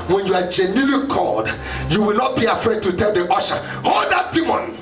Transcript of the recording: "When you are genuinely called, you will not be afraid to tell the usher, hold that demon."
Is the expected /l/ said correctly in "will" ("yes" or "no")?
yes